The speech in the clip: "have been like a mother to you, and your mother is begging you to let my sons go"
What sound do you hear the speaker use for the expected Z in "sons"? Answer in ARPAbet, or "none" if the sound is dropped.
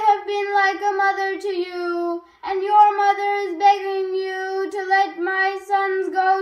Z